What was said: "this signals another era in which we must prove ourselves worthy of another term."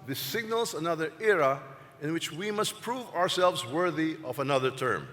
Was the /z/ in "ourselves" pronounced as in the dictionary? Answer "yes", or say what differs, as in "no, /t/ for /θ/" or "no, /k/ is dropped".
yes